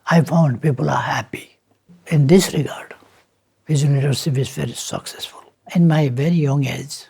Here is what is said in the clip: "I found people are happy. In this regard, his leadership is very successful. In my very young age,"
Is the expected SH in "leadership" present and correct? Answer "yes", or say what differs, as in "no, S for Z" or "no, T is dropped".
no, S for SH